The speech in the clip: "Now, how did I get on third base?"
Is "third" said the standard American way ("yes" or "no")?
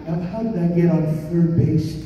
no